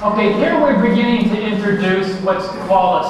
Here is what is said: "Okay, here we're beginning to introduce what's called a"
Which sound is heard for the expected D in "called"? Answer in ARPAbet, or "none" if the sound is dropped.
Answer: none